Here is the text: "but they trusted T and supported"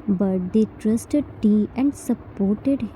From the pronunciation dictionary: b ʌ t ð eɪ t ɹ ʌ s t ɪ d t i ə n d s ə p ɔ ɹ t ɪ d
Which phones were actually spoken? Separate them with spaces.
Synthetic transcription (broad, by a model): b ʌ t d eɪ t ɹ ʌ s t ɪ d t i ə n d s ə p ɔ ɹ t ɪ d